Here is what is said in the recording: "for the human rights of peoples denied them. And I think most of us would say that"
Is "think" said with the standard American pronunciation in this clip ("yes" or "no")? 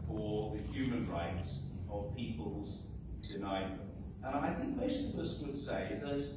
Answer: yes